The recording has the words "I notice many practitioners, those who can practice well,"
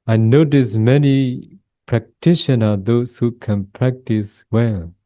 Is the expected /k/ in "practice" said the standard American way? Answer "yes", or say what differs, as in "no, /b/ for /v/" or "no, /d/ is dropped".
yes